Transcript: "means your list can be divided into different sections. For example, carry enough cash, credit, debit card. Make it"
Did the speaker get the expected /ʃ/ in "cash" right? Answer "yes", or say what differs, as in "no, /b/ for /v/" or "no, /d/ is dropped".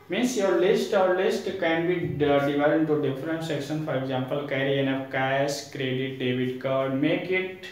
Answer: no, /s/ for /ʃ/